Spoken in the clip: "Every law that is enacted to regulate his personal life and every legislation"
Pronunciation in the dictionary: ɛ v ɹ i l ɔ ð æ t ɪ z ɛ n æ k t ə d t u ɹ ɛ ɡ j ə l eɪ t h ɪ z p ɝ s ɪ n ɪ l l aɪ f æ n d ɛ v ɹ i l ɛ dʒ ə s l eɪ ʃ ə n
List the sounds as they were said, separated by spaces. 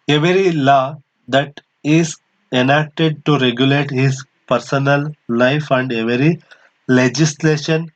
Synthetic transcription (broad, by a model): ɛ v ɹ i l ɔ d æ t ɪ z ɛ n æ k t ə d t u ɹ ɛ ɡ j ə l eɪ t h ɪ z p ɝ s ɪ n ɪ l l aɪ f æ n d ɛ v ɹ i l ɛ dʒ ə s l eɪ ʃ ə n